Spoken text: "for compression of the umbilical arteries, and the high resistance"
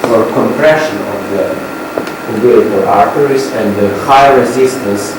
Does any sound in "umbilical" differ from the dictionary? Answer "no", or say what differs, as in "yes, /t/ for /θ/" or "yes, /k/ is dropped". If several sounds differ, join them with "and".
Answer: yes, /m/ is dropped